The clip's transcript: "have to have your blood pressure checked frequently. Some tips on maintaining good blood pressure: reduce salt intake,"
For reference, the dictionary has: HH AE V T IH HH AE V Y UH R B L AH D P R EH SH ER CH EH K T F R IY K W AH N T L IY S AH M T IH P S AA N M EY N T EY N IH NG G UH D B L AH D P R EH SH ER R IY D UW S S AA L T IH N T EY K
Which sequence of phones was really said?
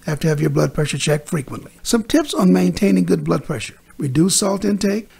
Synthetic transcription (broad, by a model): HH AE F T IH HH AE V Y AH R B L AH D P R EH SH ER CH EH K T F R IY K W AH N T L IY S AH M T IH P S N M EY N T EY N IH NG G UH D B L AH D P R EH SH ER R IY D UW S S AA L T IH N T EY K